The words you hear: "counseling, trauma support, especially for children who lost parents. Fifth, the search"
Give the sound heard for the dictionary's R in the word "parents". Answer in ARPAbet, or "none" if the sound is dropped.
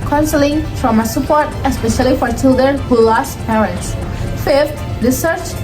none